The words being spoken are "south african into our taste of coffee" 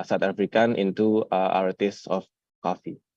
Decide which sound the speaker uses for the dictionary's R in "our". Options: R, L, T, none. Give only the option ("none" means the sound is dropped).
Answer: R